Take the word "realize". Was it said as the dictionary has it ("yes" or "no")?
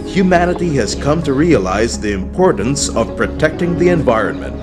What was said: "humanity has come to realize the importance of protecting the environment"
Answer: yes